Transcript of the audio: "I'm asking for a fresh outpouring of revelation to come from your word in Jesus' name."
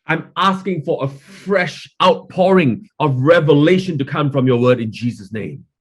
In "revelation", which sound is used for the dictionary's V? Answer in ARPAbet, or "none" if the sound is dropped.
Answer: V